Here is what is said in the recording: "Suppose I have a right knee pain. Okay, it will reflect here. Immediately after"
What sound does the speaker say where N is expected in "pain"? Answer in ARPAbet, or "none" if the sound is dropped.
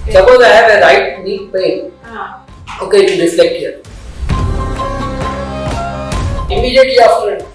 none